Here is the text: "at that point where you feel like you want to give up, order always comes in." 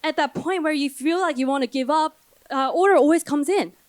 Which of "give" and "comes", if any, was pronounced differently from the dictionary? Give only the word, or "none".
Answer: none